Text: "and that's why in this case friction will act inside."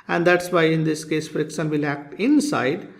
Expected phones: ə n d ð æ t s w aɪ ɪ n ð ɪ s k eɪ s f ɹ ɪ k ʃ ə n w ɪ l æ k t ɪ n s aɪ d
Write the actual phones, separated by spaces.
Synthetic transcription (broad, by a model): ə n d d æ t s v aɪ ɪ n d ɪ s k eɪ s f ɹ ɪ k ʃ ə n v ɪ l æ k t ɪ n s aɪ d